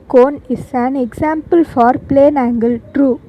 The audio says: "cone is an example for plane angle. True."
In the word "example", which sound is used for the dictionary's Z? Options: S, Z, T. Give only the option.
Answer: S